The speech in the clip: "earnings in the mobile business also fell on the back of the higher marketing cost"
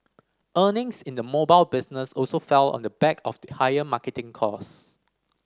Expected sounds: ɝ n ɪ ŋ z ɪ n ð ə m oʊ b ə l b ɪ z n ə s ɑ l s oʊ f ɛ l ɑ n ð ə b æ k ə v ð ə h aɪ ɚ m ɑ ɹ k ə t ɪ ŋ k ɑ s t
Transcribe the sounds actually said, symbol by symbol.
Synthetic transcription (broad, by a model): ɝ n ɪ ŋ s ɪ n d ə m oʊ b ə l b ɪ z n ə s ɑ l s oʊ f ɛ l ɑ n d ə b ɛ k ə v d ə h aɪ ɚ m ɑ k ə t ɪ ŋ k ɑ s